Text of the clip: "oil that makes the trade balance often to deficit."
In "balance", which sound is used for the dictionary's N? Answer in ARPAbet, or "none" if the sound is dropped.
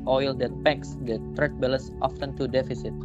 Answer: none